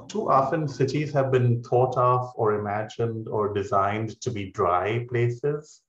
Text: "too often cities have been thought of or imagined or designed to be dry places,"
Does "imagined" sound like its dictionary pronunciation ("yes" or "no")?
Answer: yes